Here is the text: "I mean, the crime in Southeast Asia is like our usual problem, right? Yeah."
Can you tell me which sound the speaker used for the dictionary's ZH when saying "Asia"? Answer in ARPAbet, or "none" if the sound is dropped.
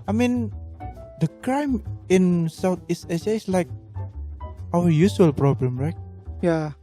S